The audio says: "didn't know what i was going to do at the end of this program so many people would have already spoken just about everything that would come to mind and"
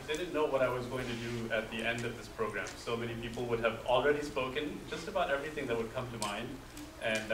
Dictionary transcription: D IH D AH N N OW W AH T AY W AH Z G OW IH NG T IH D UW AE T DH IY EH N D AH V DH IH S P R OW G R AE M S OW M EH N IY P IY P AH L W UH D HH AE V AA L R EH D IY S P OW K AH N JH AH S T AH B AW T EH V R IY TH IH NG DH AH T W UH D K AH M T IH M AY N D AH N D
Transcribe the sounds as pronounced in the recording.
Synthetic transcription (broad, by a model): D IH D N N OW W AH T AY W AH Z G OW IH NG T IH D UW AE T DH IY EH N D AH V DH IH S P R OW G R AE M S OW M EH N IY P IY P L W UH D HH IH V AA L R EH D IY S P OW K AH N JH AH S T AH B AW T EH V R IY TH IH NG DH AH T W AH D K AH M T IH M AY N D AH N